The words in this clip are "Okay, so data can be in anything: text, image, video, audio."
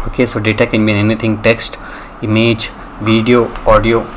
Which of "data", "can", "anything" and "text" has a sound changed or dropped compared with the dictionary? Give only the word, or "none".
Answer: anything